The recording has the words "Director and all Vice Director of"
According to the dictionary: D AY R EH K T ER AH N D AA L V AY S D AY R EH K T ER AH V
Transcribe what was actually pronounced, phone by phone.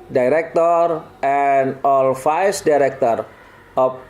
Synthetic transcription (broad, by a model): D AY R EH K T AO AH N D AA L F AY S D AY R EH K T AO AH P